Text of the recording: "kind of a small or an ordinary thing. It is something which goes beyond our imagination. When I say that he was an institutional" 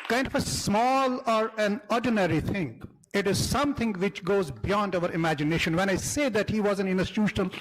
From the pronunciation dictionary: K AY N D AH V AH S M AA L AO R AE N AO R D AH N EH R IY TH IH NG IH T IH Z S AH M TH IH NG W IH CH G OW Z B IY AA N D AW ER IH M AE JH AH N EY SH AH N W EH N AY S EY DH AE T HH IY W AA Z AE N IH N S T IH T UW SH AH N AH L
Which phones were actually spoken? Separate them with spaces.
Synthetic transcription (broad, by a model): K AY N D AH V AH S M AA L AO R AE N AO R D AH N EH R IY T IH NG IH T IH Z S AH M T IH NG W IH CH G OW Z B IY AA N D AW ER IH M AE JH AH N EY SH AH N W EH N AY S EY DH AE T HH IY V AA Z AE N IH N S T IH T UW SH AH N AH L